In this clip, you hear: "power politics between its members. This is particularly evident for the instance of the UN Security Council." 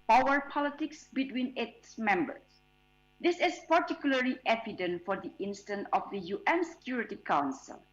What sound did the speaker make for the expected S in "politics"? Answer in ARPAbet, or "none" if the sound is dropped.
S